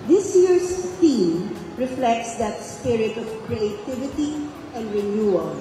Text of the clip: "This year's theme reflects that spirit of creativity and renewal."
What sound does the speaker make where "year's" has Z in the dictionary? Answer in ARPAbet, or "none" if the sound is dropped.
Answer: S